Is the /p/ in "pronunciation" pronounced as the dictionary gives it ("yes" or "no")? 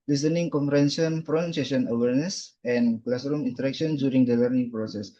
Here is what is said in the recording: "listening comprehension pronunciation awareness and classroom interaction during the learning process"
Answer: no